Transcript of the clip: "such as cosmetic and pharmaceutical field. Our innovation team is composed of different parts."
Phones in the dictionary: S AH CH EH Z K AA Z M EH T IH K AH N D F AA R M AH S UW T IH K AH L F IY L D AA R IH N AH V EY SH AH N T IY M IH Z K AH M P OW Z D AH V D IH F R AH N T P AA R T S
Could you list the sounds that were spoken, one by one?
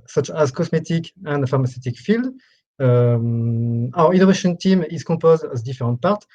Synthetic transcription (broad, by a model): S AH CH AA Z K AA S M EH T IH K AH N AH F AA R M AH S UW T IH K F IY L D AA R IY N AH V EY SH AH N T IY M IH Z K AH P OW Z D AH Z D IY F R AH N T P AA R T